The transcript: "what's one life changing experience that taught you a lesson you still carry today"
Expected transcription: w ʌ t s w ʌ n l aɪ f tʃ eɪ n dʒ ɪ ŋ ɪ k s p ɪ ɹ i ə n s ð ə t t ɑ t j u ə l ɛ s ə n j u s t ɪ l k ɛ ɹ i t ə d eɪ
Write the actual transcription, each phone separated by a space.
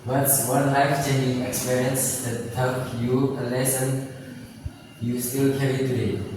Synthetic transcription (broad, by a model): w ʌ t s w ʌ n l aɪ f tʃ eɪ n ɪ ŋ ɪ k s p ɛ ɹ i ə n s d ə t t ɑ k j u ə l ɛ s ə n j u s t ɪ l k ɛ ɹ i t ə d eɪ